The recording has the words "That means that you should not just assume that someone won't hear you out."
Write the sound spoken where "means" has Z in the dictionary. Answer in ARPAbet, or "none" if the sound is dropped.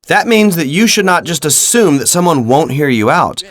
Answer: Z